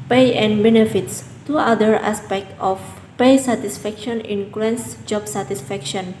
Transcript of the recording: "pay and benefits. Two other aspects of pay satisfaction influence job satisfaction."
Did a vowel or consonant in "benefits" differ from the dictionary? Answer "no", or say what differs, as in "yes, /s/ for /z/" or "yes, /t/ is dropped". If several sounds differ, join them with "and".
no